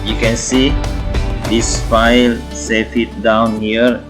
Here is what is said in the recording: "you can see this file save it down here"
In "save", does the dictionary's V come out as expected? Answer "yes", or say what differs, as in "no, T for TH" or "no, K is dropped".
no, F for V